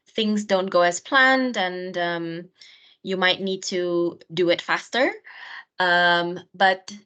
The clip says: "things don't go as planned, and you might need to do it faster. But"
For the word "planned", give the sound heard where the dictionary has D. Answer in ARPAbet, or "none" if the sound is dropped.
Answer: D